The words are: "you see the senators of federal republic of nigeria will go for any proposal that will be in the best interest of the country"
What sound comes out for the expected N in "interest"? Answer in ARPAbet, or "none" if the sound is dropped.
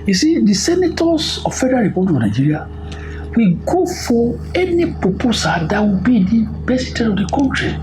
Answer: none